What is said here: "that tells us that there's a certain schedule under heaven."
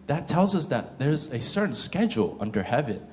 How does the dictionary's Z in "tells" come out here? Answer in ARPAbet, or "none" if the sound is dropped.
Z